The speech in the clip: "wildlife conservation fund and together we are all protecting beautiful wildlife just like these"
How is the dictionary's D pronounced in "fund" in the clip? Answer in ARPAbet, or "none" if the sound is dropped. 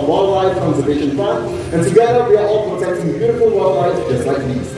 none